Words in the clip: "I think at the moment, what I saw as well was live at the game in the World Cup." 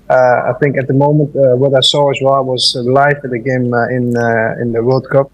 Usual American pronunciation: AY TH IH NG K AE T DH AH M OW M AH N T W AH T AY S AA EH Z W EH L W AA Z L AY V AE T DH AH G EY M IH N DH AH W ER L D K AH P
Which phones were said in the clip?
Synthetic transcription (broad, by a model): AY TH IH NG K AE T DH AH M OW M AH N T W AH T AY S AA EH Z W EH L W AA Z L AY F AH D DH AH G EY M IH N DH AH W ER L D K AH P